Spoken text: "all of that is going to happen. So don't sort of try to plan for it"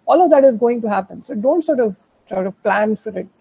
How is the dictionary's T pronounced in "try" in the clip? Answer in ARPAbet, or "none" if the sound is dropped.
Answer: S